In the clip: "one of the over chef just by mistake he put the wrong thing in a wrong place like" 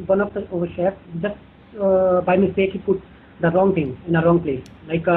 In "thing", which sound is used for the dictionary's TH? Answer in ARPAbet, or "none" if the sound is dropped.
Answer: T